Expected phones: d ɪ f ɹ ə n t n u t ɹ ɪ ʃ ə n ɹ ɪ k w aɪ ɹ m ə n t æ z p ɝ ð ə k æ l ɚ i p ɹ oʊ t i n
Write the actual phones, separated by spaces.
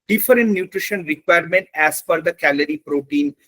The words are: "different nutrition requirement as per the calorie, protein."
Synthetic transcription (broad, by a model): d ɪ f ɹ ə n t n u t ɹ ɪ ʃ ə n ɹ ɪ k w aɪ ɹ m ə n t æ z f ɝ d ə k æ l ɚ i p ɹ oʊ t i n